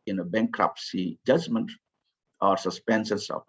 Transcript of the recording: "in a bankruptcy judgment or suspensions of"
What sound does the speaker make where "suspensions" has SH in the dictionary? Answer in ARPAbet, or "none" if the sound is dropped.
S